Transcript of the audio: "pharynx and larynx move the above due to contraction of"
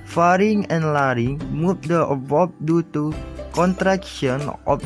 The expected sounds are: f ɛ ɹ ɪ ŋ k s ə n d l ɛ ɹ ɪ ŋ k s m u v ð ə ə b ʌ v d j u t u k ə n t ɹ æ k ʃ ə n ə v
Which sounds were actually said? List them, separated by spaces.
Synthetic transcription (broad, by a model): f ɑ ɹ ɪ ŋ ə n l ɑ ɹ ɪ ŋ m u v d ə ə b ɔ p d j u t u k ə n t ɹ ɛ k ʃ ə n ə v